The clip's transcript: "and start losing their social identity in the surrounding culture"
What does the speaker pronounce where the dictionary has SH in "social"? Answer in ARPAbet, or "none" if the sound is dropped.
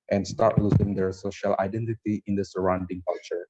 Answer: SH